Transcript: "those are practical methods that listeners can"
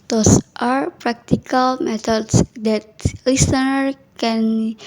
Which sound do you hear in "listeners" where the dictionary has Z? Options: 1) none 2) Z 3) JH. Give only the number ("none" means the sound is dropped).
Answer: 1